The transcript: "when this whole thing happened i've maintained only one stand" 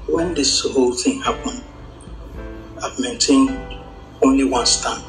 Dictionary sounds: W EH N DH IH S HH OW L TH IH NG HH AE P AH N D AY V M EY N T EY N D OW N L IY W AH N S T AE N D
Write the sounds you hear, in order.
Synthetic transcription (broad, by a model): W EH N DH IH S HH OW L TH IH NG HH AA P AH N AY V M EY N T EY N OW N L IY W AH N S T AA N